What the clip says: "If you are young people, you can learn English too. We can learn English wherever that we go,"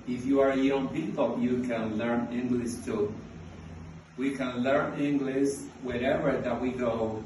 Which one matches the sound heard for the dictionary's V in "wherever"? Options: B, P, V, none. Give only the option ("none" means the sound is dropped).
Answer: V